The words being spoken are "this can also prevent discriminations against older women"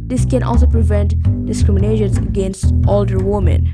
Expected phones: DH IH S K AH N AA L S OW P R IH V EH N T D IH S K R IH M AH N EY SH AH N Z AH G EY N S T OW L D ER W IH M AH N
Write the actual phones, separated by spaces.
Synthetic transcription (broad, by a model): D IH S K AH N AA L S OW P R IH V EH N T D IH S K R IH M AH N EY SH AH N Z AH G EY N S T OW L D ER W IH M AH N